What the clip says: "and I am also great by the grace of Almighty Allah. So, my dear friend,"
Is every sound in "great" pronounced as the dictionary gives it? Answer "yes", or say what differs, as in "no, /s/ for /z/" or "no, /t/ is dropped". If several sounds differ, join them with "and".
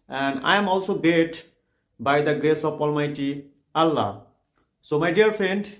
no, /ɹ/ is dropped